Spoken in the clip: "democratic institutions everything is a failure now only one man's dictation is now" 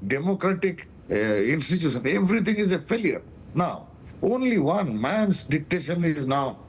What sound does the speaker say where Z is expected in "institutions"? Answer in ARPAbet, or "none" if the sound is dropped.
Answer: none